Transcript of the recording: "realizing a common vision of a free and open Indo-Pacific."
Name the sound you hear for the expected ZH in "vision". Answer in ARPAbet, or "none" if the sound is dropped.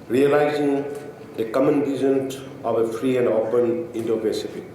Z